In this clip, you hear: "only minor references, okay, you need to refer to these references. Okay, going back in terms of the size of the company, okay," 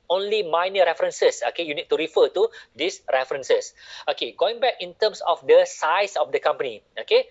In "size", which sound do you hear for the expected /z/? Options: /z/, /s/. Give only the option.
/s/